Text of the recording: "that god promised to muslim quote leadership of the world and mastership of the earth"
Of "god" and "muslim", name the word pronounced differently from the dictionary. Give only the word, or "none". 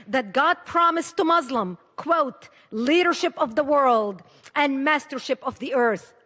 none